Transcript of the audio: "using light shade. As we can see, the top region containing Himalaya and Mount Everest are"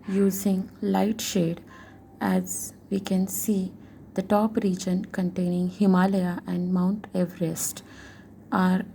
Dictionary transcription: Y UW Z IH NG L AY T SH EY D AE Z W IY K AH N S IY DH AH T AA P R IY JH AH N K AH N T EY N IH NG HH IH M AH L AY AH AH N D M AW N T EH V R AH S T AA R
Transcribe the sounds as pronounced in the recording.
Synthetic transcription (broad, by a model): Y UW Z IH NG L AY T SH EY D AE Z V IY K AH N S IY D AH T AA P R IY JH AH N K AH N T EY N IH NG HH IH M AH L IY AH AH N D M AW N T EH V R AH S T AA R